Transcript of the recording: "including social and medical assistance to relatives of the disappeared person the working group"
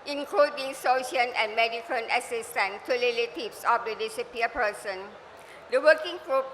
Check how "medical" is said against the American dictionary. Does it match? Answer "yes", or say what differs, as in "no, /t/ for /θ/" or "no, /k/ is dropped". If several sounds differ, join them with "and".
no, /n/ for /l/